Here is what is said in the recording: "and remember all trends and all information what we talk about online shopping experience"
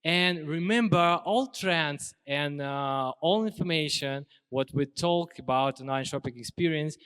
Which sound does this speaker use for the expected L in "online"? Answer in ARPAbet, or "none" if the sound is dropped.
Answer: none